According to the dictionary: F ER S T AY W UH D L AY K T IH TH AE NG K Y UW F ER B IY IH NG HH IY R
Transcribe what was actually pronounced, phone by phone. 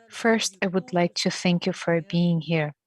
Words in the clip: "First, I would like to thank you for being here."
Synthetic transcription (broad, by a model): F ER S T AY W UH D L AY K T IH TH AE NG K Y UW F ER B IY IH NG HH IY R